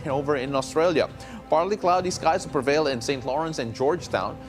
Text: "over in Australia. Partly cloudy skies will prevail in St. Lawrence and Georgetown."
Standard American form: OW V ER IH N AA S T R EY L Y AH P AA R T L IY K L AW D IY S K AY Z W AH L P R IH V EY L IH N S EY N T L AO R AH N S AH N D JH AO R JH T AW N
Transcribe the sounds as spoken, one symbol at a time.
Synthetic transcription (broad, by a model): OW V ER IH N AA S T R EY L Y AH P AA R T L IY K L AW D IY S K AY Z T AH P R IH V EY L IH N S EY N T L AO R AH N S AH N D JH AO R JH T AW N